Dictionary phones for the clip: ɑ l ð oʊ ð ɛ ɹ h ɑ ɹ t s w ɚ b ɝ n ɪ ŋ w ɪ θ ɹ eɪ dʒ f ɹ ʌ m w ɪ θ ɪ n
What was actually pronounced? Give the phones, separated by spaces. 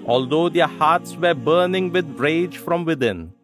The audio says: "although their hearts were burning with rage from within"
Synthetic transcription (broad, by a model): ɑ l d oʊ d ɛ ɹ h ɑ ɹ t s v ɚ b ɝ n ɪ ŋ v ɪ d ɹ eɪ dʒ f ɹ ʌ m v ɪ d ɪ n